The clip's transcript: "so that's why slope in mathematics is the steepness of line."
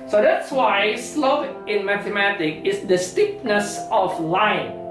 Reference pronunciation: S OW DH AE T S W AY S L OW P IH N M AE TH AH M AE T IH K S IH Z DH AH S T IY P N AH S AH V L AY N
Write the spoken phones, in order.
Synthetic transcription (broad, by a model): S OW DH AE T S W AY S L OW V IH N M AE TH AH M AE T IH K IH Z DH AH S T IY P N AH S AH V L AY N